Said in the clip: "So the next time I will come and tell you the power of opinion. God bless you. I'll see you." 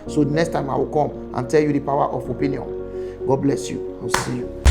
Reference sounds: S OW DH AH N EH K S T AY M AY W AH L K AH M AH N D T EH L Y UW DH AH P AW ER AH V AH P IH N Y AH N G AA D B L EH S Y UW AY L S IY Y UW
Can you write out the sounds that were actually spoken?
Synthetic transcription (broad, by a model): S OW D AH N EH K S T AY M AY W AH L K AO M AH N T EH L Y UW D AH P AW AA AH F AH P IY N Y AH N G AA D B L EH S Y UW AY W S IY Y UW